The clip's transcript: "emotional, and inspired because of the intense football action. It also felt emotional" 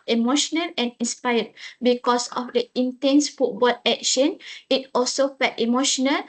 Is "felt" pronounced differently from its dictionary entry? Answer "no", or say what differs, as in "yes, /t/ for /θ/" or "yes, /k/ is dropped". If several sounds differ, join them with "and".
yes, /l/ is dropped